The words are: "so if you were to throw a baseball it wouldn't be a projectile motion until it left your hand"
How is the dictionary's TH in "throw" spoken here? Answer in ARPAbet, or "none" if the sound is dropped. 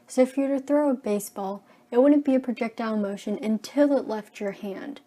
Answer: TH